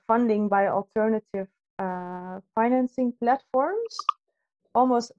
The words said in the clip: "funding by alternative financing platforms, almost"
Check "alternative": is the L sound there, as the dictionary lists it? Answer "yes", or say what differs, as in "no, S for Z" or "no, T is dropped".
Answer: yes